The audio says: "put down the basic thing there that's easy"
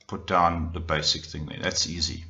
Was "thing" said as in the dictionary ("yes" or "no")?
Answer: yes